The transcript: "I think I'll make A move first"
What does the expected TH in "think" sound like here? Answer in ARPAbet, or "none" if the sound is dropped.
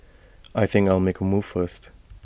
TH